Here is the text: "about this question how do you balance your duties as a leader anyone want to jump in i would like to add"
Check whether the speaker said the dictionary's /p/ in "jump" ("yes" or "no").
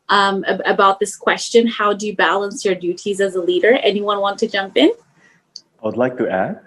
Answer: yes